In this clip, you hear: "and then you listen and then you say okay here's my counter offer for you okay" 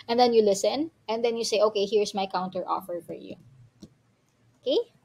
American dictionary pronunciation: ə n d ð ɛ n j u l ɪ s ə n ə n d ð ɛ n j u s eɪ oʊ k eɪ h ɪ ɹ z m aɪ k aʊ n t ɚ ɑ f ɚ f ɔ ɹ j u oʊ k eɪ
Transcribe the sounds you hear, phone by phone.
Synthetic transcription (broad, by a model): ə n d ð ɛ n j u l ɪ s ə n ə n d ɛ n j u s eɪ oʊ k eɪ h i ɹ s m aɪ k aʊ n t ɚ ɑ f ɚ f ɔ ɹ j u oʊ k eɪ